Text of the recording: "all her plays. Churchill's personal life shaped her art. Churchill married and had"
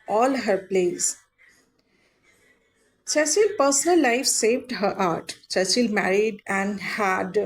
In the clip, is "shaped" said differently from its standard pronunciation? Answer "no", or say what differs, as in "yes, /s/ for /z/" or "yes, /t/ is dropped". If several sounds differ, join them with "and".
yes, /s/ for /ʃ/